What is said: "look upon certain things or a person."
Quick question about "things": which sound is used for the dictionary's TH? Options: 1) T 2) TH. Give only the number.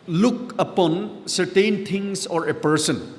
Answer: 1